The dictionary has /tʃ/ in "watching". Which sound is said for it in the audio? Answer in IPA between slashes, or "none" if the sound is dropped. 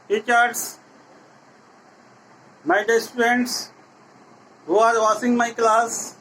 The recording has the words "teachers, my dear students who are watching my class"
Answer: /s/